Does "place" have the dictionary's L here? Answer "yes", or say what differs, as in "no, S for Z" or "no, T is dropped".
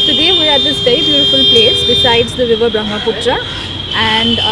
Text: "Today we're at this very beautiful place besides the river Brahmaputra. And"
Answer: yes